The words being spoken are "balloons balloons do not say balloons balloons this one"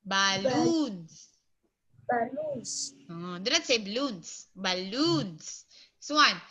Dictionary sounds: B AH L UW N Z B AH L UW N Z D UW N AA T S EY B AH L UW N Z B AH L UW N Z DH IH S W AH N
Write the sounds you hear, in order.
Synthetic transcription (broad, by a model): B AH L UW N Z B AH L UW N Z D UW N AA T S EY B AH L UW N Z B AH L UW N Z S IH W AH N